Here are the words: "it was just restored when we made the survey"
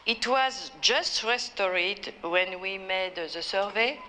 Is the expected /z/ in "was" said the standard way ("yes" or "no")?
yes